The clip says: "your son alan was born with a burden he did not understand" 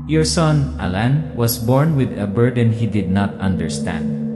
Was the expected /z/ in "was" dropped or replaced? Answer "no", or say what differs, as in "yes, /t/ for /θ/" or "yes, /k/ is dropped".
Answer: yes, /s/ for /z/